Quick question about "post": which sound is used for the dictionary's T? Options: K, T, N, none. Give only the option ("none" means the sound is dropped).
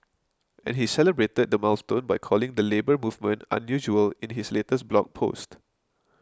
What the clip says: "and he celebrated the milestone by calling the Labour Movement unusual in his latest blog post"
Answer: T